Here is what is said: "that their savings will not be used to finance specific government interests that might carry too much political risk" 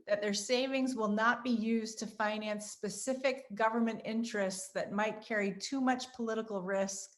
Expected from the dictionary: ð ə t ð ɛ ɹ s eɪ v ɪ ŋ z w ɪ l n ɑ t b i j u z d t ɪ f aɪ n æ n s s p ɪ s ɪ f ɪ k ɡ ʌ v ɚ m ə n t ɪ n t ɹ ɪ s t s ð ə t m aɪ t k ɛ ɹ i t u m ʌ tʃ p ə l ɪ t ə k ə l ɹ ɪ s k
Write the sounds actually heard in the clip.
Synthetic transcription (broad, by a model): ð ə t ð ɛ ɹ s eɪ v ɪ ŋ z w ɪ l n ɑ t b i j u z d t ɪ f aɪ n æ n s s p ɪ s ɪ f ɪ k ɡ ʌ v ɚ m ə n t ɪ n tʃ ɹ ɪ s t s ð ə t m aɪ t k ɛ ɹ i t u m ʌ tʃ p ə l ɪ t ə k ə l ɹ ɪ s k